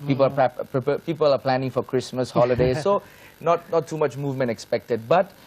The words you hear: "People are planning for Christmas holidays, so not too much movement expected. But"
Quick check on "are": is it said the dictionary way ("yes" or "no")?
no